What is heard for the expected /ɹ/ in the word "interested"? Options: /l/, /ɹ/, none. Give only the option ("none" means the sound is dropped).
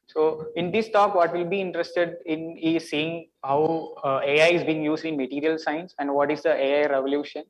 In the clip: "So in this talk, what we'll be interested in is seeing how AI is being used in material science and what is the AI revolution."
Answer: /ɹ/